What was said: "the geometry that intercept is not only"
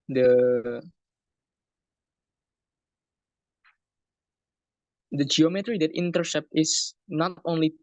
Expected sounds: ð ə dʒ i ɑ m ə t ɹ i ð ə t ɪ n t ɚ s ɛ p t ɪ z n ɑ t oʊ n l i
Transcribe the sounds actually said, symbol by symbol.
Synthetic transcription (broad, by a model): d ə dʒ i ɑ m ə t ɹ i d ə t ɪ n t ɚ s ɛ p t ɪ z n ɑ t oʊ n l i